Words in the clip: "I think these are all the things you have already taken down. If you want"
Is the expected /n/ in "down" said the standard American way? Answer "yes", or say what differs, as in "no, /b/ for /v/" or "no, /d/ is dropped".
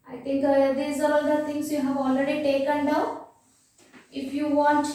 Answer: no, /n/ is dropped